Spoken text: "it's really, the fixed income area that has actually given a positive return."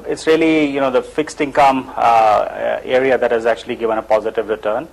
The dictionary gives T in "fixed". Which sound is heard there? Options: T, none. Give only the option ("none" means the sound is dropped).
T